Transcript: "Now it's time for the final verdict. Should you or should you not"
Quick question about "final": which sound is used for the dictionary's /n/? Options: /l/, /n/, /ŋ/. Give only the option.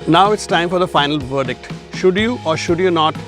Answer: /n/